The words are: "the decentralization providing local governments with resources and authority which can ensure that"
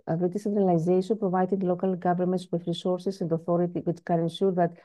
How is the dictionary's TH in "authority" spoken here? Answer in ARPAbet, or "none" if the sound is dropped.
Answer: TH